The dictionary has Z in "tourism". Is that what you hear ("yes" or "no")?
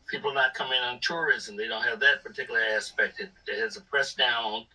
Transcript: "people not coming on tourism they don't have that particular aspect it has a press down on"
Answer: yes